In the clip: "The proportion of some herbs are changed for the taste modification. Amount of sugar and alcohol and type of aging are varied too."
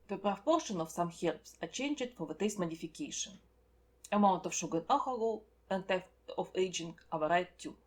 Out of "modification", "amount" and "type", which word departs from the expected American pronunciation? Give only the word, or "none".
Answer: type